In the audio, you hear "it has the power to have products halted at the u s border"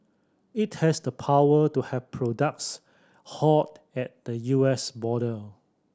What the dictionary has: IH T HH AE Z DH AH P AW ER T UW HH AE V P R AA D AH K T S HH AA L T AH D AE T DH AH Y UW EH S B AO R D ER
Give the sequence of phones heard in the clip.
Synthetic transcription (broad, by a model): IH T HH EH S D AH P AW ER T UW HH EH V P R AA D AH K T S HH AA T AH T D AH Y UW EH S B AO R D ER